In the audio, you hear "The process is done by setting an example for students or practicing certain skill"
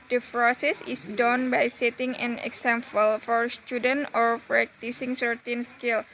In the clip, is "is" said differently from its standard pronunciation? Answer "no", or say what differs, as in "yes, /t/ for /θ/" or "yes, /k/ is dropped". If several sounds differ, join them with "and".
yes, /s/ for /z/